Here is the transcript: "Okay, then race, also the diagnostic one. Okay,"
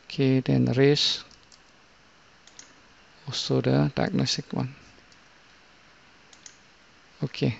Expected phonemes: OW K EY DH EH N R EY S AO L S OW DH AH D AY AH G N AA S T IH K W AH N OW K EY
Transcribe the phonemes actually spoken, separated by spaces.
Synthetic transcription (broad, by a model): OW K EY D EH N R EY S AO S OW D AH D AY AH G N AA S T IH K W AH N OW K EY